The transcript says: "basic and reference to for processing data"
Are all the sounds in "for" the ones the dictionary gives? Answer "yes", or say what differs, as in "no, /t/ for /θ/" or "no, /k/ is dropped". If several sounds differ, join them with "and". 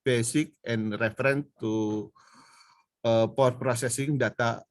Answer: no, /p/ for /f/